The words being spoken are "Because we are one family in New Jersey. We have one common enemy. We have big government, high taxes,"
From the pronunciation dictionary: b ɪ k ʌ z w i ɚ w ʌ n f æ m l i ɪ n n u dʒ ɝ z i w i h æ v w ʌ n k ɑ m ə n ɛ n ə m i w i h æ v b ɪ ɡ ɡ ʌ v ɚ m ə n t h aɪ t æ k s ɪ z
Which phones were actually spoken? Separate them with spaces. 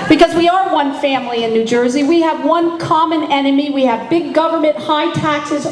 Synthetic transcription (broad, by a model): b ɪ k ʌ z w i ɚ w ʌ n f æ m l i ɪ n n u dʒ ɝ z i w i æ v w ʌ n k ɑ m ə n ɛ n ə m i w i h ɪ v b ɪ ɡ ɡ ʌ v ɚ m ə n t h aɪ t æ k s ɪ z